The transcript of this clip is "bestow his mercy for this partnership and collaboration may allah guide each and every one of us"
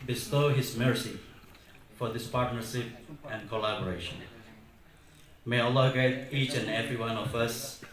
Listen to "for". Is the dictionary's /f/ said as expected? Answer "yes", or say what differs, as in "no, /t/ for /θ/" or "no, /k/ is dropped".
yes